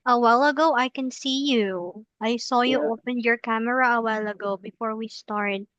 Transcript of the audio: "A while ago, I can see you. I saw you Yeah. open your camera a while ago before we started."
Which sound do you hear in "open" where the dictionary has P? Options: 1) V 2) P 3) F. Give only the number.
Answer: 2